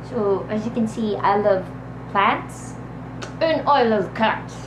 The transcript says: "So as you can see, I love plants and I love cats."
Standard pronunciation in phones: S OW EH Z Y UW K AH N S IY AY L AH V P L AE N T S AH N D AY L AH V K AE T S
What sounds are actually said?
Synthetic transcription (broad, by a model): S OW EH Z Y UW K AH N S IY AY L AH V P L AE T S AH N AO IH L AH V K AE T S